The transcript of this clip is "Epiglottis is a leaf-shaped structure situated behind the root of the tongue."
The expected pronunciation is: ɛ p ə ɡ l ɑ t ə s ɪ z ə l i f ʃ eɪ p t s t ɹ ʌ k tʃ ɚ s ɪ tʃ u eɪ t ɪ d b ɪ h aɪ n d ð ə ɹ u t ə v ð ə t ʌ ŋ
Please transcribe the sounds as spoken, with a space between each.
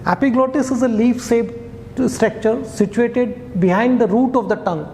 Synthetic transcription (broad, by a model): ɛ p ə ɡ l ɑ t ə s ɪ z ə l i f s eɪ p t s t ɹ ʌ k tʃ ɚ s ɪ tʃ u eɪ t ɪ d b ɪ h aɪ n d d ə ɹ u t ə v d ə t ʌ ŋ